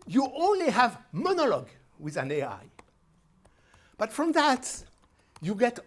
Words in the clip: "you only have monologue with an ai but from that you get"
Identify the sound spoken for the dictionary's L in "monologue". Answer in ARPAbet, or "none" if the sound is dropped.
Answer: L